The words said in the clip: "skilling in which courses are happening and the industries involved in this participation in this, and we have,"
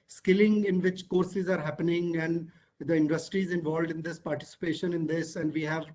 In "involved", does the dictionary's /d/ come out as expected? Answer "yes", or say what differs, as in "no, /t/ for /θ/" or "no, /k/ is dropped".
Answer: yes